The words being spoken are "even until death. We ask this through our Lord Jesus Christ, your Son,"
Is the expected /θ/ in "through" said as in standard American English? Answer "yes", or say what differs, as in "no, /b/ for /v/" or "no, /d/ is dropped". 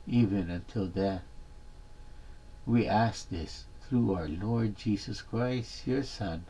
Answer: yes